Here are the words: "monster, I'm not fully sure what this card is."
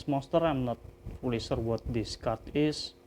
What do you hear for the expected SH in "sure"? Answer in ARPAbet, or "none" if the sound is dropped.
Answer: S